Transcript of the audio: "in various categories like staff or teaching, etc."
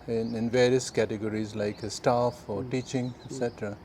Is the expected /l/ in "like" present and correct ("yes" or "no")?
yes